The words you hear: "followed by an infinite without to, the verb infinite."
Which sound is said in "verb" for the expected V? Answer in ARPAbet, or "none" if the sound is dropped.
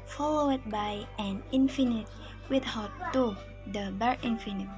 B